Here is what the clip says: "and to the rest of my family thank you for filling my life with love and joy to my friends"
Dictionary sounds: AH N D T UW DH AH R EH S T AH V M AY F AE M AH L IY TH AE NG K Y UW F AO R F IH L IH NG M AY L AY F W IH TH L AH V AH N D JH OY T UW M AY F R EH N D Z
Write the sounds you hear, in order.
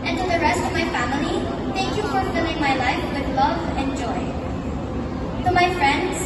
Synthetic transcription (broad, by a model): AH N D T UW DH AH R EH S T AH V M AY F AE M AH L IY T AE NG K Y UW F AO R F IH L IH NG M AY L AY F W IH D L AH V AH N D JH OY T UW M AY F R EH N D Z